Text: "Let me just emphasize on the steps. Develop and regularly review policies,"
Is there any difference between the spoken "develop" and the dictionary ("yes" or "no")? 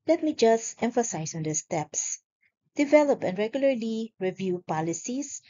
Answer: no